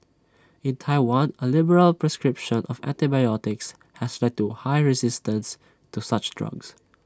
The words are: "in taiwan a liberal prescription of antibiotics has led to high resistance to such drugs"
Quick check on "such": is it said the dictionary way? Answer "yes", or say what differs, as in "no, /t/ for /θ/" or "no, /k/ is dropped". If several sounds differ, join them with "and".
yes